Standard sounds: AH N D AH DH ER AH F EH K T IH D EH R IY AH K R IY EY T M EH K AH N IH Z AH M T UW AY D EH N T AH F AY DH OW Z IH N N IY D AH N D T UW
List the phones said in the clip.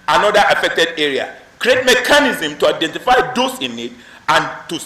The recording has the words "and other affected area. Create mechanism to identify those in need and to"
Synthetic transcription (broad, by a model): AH N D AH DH AH F EH K T IH D EH R IY AH K R IY EY T M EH K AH N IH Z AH M T UW AY D EH N T AH F AY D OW S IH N N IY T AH N T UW